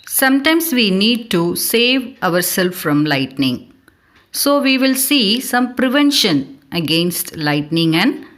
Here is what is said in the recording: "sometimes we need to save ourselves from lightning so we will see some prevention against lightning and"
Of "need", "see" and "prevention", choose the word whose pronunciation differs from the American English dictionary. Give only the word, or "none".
none